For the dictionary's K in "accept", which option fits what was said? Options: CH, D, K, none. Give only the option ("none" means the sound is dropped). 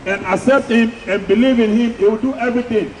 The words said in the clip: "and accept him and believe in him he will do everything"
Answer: none